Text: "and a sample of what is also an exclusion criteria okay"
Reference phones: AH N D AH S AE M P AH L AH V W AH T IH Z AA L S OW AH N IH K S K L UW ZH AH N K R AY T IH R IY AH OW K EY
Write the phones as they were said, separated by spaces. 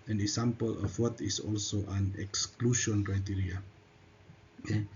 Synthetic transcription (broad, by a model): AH N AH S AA M P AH L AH F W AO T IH S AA L S OW AH N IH K S K L UW SH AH N K R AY T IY R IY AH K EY